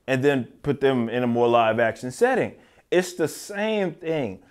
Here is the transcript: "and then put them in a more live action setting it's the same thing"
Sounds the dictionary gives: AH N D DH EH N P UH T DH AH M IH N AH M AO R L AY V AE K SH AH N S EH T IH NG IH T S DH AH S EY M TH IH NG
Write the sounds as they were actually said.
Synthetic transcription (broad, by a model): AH N DH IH N P UH T DH AH M IH N AH M AO R L AY V AE K SH AH N S EH T IH NG IH T S DH AH S EY M TH IH NG